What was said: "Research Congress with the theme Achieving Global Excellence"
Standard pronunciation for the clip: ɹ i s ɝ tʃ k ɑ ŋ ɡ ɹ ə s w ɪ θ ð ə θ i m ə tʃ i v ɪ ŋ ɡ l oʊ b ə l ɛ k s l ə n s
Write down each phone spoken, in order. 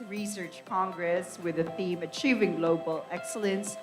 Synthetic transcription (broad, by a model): ɹ i s ɝ tʃ k ɑ ŋ ɡ ɹ ə s w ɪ ð ə θ i m ə tʃ i v ɪ ŋ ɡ l oʊ b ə l ɛ k s l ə n s